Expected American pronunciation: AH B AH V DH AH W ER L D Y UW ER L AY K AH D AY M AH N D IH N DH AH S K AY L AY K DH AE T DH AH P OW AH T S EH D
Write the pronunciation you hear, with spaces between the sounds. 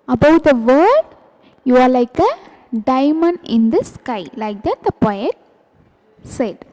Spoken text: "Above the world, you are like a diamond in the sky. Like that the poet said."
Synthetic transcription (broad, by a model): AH B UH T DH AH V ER D Y UW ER L AY K AH D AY M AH N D IH N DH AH S K AY L AY K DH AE T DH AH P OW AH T S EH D